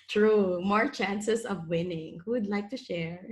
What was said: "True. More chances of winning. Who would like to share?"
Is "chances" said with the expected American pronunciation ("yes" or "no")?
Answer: no